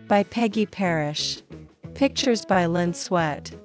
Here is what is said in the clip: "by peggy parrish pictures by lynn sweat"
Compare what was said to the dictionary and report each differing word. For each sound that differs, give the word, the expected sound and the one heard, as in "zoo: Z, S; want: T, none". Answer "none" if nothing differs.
none